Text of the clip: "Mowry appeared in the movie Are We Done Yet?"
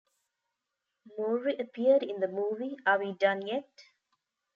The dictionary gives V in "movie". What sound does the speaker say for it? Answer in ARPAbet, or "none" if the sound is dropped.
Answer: V